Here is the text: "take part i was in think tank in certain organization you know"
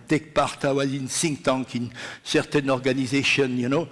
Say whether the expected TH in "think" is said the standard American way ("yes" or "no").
no